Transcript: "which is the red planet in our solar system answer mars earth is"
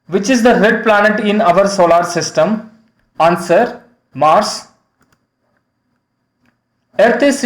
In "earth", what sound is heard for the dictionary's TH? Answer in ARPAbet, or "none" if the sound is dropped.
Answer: T